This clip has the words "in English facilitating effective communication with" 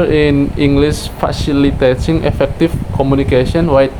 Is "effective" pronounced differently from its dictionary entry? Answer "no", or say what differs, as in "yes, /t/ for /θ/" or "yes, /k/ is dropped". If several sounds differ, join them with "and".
yes, /f/ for /v/